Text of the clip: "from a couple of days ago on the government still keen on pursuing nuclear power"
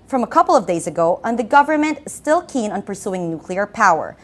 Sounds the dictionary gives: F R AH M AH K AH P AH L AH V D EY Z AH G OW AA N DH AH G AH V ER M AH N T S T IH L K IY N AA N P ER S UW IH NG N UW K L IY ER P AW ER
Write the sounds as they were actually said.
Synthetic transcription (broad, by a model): F R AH M AH K AH P L AH V D EY Z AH G OW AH N DH AH G AH V ER M AH N T S T IH L K IY N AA N P ER S UW IH NG N UW K L IY ER P AW ER